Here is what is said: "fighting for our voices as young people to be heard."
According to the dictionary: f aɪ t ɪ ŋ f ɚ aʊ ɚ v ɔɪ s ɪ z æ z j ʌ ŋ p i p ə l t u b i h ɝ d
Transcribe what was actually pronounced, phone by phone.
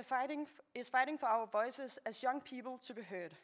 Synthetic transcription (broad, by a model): f aɪ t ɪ ŋ f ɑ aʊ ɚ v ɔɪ s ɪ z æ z j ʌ ŋ p i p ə l s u b i h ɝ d